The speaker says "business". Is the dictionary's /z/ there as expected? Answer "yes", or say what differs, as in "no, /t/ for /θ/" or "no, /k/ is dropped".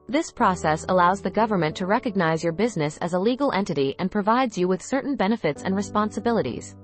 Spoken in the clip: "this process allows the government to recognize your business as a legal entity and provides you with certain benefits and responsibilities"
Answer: yes